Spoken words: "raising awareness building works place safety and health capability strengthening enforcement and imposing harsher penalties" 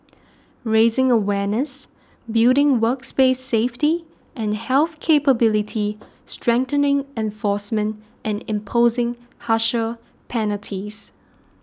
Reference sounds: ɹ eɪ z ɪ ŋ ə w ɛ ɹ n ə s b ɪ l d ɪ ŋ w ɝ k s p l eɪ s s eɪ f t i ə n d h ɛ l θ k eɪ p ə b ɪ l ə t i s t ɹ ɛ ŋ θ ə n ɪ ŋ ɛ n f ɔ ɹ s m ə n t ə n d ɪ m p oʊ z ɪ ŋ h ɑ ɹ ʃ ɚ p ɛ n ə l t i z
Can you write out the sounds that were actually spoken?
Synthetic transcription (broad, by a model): ɹ eɪ z ɪ ŋ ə w ɛ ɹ n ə s b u d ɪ ŋ w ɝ k s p eɪ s s eɪ f t i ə n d h ɛ l θ k eɪ p ə b ɪ l ə t i s t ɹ ɛ ŋ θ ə n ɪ ŋ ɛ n f ɔ s m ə n t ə n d ɪ m p oʊ z ɪ ŋ h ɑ ʃ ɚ p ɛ n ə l t i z